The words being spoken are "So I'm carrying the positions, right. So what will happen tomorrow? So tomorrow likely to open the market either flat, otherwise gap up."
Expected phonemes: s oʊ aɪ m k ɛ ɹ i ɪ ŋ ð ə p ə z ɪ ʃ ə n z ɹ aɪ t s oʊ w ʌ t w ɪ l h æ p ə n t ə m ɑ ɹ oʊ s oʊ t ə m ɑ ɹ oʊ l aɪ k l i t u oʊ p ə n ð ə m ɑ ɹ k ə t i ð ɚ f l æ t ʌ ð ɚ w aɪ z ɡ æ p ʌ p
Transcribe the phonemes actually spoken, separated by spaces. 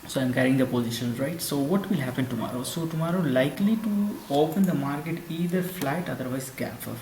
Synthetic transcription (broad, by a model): s oʊ aɪ m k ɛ ɹ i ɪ ŋ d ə p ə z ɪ ʃ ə n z ɹ aɪ t s oʊ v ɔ t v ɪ l h æ p ə n t ə m ɑ ɹ oʊ s oʊ t ə m ɑ ɹ oʊ l aɪ k l i t u oʊ p ə n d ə m ɑ ɹ k ə t i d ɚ f l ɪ t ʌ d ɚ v aɪ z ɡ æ f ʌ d